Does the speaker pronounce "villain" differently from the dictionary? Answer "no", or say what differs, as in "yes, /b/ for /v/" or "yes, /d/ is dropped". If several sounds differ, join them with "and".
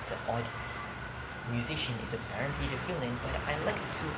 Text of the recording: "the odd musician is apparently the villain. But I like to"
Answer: yes, /f/ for /v/